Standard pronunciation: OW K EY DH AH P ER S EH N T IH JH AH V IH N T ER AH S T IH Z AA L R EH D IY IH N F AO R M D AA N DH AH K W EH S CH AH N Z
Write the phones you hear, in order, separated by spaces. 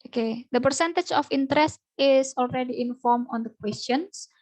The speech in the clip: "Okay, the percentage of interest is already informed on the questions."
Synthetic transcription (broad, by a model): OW K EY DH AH P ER S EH N T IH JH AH F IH N T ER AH S T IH S AA L R EH D IY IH N F AO R M AA N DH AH K W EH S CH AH N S